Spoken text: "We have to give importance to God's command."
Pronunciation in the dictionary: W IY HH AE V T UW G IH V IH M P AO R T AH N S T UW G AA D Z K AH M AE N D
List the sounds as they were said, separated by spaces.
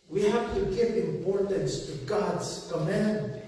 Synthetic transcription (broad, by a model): W IY HH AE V T UW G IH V IH M P AO R T AH N S T UW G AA D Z K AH M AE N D